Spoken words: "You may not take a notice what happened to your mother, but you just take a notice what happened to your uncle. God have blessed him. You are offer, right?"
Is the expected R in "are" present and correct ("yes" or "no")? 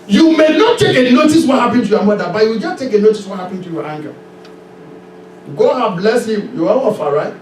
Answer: no